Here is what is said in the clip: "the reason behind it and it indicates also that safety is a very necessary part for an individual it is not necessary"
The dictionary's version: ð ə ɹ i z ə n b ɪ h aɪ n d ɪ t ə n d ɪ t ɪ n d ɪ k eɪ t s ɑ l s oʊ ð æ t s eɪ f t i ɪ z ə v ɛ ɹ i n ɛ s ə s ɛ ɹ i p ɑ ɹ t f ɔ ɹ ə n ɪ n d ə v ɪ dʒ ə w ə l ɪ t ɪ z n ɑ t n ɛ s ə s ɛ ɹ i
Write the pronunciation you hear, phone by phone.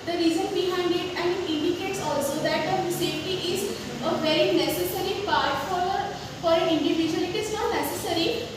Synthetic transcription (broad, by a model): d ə ɹ i z ə n b ɪ h aɪ n d ɪ t ə n d ɪ t ɪ n d ɪ k eɪ t s ɑ l s oʊ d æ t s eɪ t i ɪ z ə v ɛ ɹ i n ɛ s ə s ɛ ɹ i p ɑ ɹ t f ɔ ɹ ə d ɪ n d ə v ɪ dʒ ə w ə l ɪ t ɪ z n ɑ t n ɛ s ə s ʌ ɹ i